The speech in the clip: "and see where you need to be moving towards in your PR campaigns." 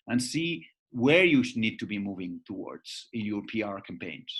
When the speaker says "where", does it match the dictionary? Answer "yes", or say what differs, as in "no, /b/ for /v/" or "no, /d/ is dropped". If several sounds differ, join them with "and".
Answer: yes